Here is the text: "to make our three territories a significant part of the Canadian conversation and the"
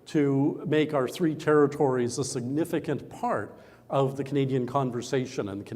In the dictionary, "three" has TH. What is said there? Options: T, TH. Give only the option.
TH